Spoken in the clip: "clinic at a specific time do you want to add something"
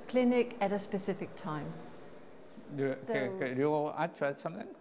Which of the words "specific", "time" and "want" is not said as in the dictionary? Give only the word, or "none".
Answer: want